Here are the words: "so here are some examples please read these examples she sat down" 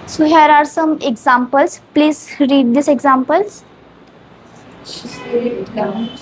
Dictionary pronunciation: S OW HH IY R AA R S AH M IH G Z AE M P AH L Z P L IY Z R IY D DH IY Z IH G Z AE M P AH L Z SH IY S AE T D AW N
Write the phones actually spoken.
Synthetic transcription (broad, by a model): S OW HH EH R AA R S AH M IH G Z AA M P AH L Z P L IY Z R IY D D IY S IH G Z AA M P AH L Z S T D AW